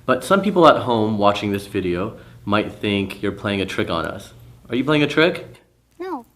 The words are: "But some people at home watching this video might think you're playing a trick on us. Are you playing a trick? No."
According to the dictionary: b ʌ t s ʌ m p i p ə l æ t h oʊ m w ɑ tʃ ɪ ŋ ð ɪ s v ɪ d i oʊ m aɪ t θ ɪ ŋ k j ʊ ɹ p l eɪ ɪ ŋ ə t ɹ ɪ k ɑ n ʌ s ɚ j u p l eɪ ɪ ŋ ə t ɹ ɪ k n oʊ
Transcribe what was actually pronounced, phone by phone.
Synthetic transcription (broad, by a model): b ʌ t s ʌ m p i p l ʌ t h oʊ m w ɑ tʃ ɪ ŋ ð ɪ s v ɪ d i oʊ m aɪ t θ ɪ ŋ k j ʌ ɹ p l eɪ ɪ ŋ ə t ɹ ɪ k n ʌ s ɚ j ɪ p l eɪ ɪ ŋ ə t ɹ ɪ k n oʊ